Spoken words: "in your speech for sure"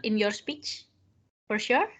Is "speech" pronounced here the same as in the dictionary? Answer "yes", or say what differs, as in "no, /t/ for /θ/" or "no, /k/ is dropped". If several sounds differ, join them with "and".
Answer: yes